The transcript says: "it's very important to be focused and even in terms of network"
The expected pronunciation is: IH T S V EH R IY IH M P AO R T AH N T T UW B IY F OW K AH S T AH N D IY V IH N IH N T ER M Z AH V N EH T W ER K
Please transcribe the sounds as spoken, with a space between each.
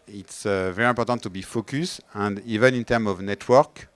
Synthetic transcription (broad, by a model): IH T S V EH R IY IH P AO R T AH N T T UW B IY F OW K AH S AH N D IY V IH N IH N T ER M AH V N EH T W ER K